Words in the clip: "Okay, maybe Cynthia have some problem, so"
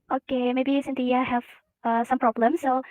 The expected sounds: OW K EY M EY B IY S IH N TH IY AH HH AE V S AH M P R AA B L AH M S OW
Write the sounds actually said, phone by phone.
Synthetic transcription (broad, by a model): OW K EY M EY B IY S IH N T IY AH HH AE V S AH M P R AA B L AH M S OW